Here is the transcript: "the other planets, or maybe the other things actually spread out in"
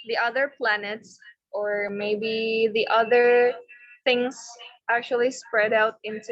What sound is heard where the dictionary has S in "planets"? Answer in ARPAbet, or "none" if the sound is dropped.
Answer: S